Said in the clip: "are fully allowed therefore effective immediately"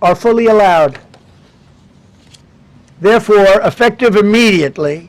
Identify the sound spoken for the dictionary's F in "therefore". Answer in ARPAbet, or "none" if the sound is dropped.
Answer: F